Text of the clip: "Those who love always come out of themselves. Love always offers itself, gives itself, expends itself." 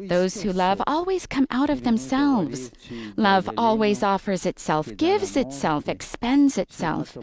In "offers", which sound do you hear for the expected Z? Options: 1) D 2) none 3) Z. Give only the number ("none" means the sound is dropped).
3